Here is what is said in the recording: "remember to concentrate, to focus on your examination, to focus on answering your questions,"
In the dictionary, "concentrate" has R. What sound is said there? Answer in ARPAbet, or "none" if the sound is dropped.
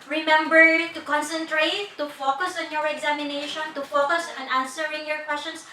R